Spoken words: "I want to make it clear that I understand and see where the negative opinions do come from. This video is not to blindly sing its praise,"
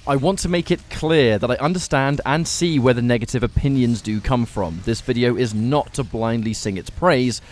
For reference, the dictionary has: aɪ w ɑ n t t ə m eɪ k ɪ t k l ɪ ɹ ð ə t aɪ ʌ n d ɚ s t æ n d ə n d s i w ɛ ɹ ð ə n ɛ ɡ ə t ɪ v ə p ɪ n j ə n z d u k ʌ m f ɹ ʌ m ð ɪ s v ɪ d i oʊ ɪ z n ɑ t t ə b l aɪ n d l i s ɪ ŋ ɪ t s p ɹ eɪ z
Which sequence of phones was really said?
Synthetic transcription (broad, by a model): aɪ w ɑ n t t ə m eɪ k ɪ t k l ɪ ɹ ð ə t aɪ ʌ n d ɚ s t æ n d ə n s i w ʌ ɹ ð ə n ɛ ɡ ə t ɪ v ə p ɪ n j ə n z d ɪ k ʌ m f ɹ ʌ m ð ɪ s v ɪ d i oʊ ɪ z n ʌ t t ə b l aɪ n d l i s ɪ ŋ ɪ t s p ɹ eɪ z